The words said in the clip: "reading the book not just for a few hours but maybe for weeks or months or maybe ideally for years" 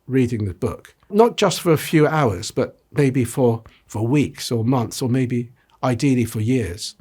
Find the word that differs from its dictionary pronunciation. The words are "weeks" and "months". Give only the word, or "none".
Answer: none